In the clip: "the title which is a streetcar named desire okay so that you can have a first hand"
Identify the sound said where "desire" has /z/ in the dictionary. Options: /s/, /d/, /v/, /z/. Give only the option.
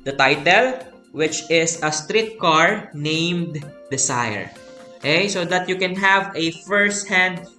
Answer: /s/